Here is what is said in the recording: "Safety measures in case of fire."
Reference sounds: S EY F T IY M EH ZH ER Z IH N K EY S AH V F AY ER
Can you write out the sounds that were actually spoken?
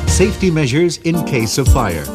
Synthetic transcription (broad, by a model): S EY F T IY M EH ZH ER Z IH N K EY S AH V F AY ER